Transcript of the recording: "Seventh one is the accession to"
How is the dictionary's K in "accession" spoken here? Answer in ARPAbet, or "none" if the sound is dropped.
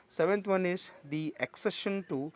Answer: K